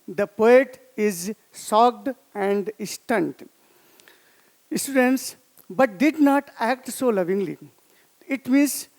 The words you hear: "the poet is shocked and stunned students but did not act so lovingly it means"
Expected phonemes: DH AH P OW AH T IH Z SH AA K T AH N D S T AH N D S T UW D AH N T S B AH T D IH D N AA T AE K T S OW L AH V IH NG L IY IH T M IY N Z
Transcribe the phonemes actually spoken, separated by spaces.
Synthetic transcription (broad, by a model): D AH P OW AH T IH Z S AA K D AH N D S T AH N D S T UW D AH N T S B AH T D IH D N AA T AE K T S OW L AH V IH NG L IY IH T M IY N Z